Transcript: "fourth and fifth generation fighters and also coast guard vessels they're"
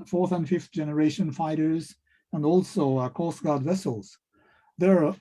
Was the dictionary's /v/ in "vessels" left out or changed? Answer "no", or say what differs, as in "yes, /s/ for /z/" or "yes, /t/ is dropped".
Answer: no